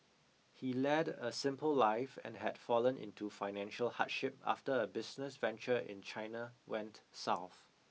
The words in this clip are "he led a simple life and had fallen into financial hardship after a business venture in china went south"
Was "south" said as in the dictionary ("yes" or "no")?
yes